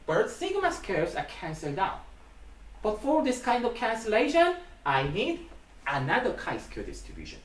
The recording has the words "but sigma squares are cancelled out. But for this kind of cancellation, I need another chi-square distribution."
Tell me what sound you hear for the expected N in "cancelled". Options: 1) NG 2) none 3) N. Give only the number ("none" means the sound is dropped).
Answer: 3